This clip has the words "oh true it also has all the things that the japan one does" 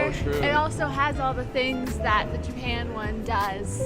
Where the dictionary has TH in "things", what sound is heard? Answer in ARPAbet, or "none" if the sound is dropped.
TH